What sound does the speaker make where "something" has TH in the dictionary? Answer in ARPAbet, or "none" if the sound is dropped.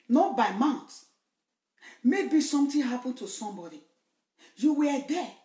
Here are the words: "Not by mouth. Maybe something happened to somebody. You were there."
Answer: T